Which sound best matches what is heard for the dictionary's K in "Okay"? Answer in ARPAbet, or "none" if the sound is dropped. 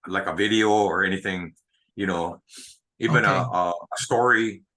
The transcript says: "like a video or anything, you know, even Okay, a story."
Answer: none